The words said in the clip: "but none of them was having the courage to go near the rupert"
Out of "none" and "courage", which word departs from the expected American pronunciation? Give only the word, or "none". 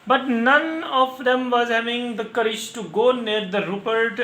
none